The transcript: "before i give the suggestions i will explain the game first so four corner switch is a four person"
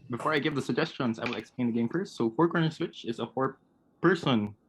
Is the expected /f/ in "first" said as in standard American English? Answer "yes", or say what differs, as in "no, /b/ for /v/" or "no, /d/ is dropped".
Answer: no, /p/ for /f/